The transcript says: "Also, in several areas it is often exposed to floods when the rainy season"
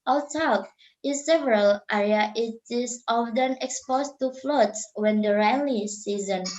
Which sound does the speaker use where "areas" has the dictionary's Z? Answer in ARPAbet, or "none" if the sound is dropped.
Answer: none